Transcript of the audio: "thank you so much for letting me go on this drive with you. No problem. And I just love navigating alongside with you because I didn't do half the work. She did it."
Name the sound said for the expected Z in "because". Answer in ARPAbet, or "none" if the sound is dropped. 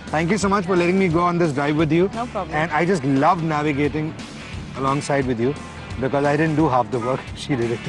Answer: Z